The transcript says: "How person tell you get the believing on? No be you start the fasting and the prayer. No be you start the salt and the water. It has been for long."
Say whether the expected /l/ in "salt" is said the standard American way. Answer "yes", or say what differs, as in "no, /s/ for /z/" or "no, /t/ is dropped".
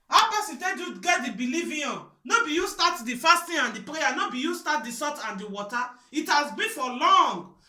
no, /l/ is dropped